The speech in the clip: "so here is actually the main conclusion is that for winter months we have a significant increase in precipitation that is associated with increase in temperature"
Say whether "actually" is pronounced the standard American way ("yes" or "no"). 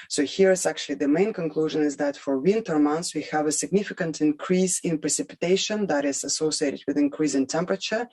yes